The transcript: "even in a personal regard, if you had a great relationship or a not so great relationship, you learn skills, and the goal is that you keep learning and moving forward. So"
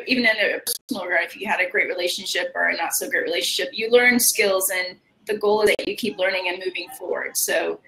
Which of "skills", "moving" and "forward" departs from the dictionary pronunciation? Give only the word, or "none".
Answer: none